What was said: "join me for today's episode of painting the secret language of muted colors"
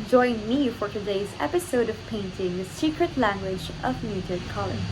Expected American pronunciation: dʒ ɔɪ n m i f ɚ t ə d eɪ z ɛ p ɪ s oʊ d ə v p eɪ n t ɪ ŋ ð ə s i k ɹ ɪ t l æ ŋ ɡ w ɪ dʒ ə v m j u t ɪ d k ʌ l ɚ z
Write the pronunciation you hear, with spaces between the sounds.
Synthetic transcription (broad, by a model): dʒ ɔɪ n m i f ɚ t ə d eɪ z ɛ p ɪ s oʊ d ə v p eɪ n t ɪ ŋ ð ə s i k ɹ ɪ t l æ ŋ ɡ w ɪ dʒ ə v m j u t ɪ k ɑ l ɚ